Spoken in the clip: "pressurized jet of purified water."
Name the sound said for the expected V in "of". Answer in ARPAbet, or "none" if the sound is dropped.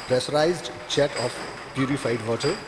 P